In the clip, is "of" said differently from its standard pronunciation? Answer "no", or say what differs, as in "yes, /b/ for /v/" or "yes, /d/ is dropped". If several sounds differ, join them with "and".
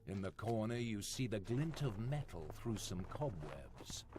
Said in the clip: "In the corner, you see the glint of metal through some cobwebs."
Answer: no